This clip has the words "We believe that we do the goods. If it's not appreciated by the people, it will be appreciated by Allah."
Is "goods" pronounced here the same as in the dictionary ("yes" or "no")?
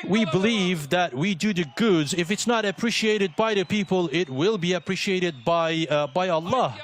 yes